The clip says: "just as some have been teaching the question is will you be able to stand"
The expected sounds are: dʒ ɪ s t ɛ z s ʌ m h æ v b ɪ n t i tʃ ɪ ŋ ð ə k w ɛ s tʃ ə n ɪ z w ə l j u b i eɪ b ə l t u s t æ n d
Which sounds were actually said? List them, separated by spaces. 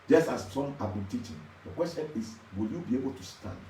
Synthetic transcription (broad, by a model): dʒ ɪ s t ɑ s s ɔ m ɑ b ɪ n t i tʃ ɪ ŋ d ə k w ɛ s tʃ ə n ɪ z w ə l j u b i eɪ b ə l t u s t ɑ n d